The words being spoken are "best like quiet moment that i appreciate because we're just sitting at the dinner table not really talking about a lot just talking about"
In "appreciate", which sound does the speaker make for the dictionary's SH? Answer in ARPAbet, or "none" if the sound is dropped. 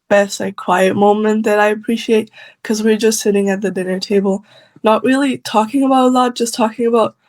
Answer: SH